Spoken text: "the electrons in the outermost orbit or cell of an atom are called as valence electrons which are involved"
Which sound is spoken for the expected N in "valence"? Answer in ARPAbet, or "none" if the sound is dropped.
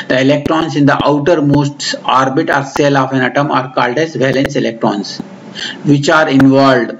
N